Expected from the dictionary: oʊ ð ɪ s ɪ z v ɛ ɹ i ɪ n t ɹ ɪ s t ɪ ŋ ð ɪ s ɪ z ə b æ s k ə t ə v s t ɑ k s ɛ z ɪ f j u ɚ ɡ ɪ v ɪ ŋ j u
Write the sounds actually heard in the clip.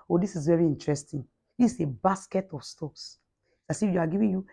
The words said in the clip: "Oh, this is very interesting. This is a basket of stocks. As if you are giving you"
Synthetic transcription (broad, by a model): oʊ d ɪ s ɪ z v ɛ ɹ i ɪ n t ɹ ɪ s t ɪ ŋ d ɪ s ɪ b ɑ s k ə t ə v s t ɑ s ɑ s ɪ f j u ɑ ɡ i v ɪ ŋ j u